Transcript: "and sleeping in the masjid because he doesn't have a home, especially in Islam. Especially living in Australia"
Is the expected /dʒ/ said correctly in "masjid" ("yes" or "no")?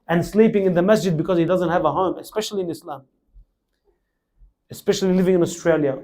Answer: yes